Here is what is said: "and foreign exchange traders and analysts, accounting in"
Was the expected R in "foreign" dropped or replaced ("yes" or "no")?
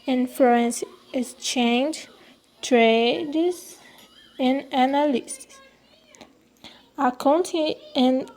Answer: yes